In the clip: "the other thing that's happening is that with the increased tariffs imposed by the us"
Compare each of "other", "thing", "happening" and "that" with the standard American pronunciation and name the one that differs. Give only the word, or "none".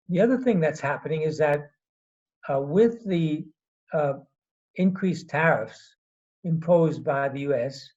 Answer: none